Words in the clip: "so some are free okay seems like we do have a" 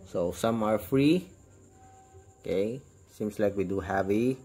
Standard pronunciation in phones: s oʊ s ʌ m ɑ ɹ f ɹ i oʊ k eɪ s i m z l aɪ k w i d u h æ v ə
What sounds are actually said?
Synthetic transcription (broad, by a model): s oʊ s ʌ m ɑ ɹ f ɹ i oʊ k eɪ s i m s l aɪ k w i d u h æ v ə